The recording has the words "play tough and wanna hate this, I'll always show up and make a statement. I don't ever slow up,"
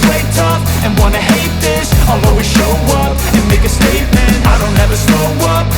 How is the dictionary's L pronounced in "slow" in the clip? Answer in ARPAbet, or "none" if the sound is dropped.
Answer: none